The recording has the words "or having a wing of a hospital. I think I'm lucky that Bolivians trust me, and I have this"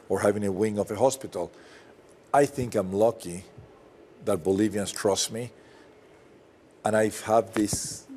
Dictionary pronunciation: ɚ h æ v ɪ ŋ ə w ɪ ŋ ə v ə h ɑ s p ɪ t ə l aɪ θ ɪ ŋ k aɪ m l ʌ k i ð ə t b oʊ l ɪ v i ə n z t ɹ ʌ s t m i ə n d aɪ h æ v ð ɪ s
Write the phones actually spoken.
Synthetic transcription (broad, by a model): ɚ h æ v ɪ ŋ ə w ɪ ŋ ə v ə h ɑ s p ɪ t ə l aɪ θ ɪ ŋ k aɪ m l ʌ k i ð ə t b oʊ l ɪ v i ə n s t ɹ ʌ s t m i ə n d aɪ h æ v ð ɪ s